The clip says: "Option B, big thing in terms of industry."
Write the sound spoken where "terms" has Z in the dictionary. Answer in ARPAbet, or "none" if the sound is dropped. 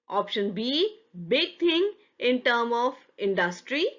none